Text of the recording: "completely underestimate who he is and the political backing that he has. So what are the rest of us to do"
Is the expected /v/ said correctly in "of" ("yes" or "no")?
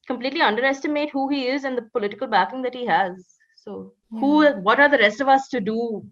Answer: yes